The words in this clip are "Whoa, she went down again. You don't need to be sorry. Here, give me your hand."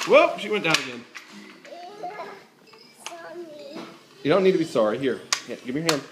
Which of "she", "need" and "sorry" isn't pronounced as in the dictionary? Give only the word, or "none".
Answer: none